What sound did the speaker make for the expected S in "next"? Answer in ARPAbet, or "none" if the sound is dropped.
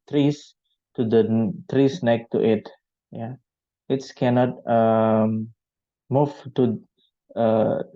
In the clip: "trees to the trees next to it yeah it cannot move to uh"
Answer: none